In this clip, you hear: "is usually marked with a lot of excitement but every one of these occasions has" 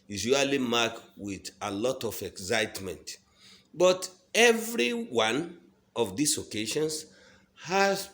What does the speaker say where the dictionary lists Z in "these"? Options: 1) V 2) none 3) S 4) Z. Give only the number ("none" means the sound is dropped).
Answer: 3